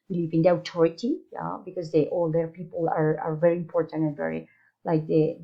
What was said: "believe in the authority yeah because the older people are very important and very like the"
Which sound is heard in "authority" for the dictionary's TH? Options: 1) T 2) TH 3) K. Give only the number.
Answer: 1